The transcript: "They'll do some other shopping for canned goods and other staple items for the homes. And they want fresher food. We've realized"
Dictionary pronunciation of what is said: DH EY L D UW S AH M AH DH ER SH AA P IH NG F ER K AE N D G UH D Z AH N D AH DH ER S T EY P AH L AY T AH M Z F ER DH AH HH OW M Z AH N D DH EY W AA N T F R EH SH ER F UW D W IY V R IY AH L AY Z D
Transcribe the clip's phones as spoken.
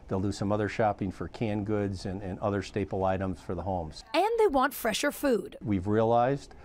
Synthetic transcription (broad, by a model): DH EY L D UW S AH M AH DH ER SH AA P IH NG F ER K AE N G UH D Z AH N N AH DH ER S T EY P L AY T AH M Z F ER DH AH HH OW M Z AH N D DH EY W AA N T F R EH SH ER F UW D W IY V R IY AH L AY Z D